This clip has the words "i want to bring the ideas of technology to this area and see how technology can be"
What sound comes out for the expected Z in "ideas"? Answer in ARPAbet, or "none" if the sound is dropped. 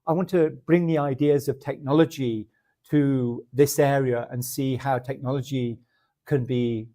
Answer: Z